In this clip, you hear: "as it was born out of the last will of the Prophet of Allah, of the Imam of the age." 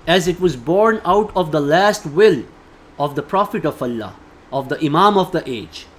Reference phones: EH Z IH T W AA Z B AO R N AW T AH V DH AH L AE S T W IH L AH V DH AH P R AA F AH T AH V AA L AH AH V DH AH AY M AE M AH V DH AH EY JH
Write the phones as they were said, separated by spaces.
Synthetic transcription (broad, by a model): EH Z IH T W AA Z B AO R N AW T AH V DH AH L AE S T W IH L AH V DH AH P R AA F AH T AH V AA L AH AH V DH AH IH M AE M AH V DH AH EY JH